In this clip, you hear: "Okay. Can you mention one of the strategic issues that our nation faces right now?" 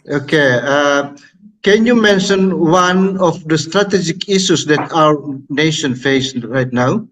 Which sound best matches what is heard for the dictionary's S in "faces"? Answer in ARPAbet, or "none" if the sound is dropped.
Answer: none